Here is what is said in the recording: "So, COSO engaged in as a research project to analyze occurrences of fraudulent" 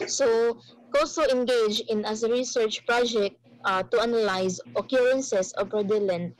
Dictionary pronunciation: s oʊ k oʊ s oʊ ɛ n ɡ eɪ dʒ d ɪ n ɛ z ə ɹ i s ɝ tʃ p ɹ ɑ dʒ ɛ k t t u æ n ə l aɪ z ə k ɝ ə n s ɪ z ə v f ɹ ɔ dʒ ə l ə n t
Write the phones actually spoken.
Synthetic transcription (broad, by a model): s oʊ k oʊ s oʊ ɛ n ɡ eɪ dʒ ɪ n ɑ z ə ɹ i s ɝ tʃ p ɹ ɑ dʒ ɛ k t t u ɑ n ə l aɪ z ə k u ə n s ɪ s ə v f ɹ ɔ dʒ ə l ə n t